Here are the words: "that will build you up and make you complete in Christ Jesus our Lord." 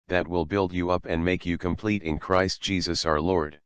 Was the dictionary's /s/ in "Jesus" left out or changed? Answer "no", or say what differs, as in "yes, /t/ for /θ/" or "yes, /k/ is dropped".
no